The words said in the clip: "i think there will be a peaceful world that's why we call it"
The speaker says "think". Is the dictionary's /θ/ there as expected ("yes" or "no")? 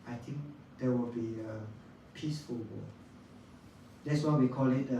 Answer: no